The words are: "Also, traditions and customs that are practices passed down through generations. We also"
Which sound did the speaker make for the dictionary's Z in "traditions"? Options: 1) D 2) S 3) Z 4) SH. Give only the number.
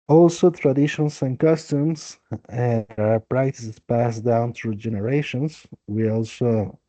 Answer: 2